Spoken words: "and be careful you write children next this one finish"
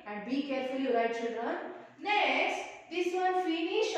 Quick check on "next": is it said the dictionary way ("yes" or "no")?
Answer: no